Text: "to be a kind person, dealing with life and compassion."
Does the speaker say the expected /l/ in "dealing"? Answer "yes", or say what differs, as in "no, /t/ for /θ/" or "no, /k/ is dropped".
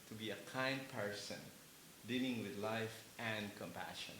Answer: yes